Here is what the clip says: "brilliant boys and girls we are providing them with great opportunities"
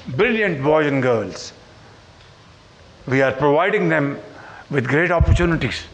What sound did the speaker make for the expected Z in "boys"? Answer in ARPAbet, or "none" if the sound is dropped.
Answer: none